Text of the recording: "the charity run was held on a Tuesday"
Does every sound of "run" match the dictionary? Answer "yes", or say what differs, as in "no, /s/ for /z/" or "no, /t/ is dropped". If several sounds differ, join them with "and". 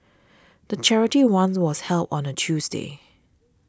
no, /w/ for /ɹ/